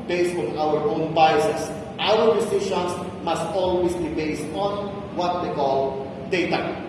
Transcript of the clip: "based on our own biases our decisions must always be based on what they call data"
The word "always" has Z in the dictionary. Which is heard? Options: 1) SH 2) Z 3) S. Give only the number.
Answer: 3